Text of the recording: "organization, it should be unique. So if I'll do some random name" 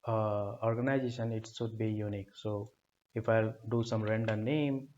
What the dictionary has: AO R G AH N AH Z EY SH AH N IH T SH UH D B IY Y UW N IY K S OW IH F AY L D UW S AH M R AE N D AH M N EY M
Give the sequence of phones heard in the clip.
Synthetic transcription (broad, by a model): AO R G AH N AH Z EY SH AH N IH T S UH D B IY Y UW N IY K S OW IH F AY L D UW S AH M R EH N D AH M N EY M